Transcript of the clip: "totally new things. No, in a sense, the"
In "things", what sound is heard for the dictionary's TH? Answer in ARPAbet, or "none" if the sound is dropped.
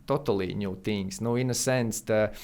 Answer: T